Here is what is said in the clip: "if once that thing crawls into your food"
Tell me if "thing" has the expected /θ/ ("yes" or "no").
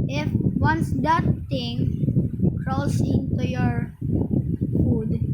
no